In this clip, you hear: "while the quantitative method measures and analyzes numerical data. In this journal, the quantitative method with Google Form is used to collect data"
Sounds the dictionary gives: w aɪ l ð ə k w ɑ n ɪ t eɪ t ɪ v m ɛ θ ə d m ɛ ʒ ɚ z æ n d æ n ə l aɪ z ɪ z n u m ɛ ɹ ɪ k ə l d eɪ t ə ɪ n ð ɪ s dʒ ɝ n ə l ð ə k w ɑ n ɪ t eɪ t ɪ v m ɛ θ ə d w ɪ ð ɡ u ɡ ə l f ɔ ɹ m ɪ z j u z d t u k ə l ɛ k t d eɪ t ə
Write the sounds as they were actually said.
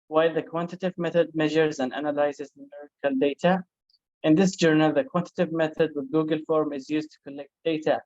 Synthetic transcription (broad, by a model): w aɪ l ð ə k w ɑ n t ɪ t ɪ v m ɛ θ ə d m ɛ ʒ ɚ z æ n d æ n ə l aɪ z ɪ z n u m ɛ ɹ ɪ k ə l d eɪ t ə ɪ n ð ɪ s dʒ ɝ n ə l ð ə k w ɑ n t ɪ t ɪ v m ɛ θ ə d w ɪ ð ɡ u ɡ ə l f ɔ ɹ m ɪ z j u z t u k ə l ɛ k t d eɪ t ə